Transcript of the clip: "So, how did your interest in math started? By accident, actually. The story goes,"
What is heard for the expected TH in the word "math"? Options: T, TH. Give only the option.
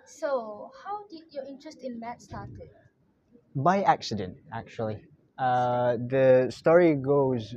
T